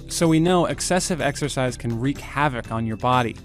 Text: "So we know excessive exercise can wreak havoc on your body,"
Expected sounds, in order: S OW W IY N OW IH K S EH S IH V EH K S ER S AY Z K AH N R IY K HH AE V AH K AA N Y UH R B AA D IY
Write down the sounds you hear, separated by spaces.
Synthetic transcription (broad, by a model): S OW W IY N OW IH K S EH S IH V EH K S ER S AY Z K AH N R IY K HH AE V AH K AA N Y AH R B AA D IY